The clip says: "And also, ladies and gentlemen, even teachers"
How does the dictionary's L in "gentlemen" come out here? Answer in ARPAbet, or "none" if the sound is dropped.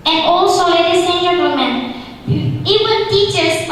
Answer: none